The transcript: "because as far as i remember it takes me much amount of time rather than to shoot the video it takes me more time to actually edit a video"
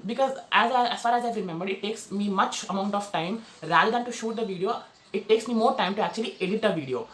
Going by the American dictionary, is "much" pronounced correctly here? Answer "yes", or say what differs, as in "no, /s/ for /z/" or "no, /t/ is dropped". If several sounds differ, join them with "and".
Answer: yes